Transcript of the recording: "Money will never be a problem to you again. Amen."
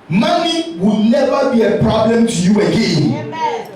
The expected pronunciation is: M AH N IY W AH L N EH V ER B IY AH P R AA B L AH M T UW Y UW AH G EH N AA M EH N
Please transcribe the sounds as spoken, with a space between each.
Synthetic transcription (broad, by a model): M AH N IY W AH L N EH V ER B IY AH P R AA B L AH M T UW Y UW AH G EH AA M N